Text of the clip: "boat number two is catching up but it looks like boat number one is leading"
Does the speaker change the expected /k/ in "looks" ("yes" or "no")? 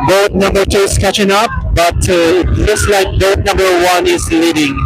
yes